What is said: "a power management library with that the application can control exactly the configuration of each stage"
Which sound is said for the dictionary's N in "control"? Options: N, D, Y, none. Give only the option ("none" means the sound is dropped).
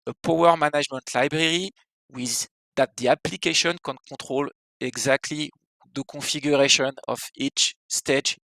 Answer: none